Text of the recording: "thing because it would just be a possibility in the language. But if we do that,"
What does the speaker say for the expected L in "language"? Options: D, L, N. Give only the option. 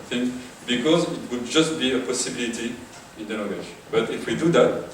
N